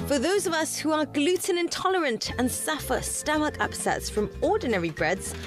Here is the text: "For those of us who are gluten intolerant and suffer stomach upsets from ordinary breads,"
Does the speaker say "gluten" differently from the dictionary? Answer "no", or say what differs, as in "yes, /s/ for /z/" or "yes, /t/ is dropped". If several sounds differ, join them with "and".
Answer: no